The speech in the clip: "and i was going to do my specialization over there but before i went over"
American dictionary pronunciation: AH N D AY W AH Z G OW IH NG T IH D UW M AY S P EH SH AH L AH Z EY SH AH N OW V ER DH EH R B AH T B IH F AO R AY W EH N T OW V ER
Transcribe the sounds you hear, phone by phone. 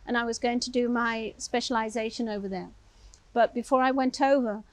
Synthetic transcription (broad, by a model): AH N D AY W AH Z G OW IH NG T IH D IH M AY S P EH SH AH L AH Z EY SH AH N OW V ER DH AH R B AH T B IH F AO R AY W EH N T OW V ER